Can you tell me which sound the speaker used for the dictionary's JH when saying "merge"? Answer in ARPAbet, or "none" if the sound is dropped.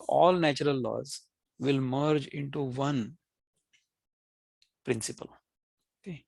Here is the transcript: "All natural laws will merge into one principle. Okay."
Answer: JH